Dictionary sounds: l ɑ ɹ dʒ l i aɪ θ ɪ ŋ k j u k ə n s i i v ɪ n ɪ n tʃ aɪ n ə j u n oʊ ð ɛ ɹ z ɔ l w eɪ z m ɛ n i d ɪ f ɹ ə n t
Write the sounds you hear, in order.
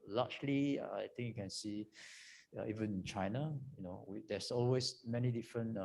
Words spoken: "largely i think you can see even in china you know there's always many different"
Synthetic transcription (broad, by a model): l ɑ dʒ l i aɪ t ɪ ŋ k j u k ə n s i i v ɪ n ɪ n tʃ aɪ n ə j u n oʊ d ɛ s ɔ l w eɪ s m ɛ n i d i f ɹ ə n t